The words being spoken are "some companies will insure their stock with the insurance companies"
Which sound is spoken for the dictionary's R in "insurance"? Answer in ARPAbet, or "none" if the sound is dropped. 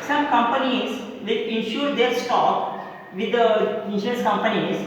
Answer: none